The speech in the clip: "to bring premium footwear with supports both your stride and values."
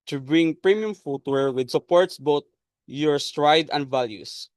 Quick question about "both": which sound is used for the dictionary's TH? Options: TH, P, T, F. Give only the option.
T